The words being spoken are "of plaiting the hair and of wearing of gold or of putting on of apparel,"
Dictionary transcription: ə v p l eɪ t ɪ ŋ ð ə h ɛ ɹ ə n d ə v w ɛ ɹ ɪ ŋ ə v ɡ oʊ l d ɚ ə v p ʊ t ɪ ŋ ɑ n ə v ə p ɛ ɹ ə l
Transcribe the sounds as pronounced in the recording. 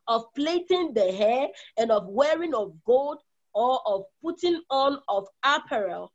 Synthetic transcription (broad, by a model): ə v p l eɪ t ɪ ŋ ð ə h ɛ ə n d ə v w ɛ ɹ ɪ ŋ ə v ɡ oʊ l d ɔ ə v p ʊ t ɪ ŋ ɑ n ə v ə p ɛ ɹ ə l